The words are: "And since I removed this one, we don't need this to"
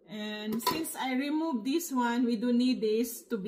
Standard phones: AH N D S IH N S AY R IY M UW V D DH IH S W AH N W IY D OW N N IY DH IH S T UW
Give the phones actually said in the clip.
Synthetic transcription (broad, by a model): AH N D S IH N S AY R IY M UW V D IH S W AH N W IY D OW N N IY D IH S T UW